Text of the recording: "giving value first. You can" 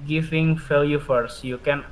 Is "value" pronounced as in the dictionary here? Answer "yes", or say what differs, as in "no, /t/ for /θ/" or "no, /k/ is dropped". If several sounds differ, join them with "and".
no, /f/ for /v/